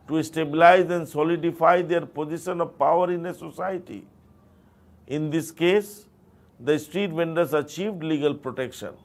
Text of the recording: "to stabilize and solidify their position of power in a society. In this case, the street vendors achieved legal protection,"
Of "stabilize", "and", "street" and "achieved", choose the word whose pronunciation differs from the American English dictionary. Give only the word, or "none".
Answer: none